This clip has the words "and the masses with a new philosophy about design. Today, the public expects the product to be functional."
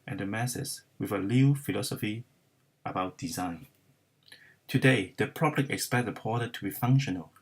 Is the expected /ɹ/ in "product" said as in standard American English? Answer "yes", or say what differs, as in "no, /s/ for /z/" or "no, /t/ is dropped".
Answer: no, /ɹ/ is dropped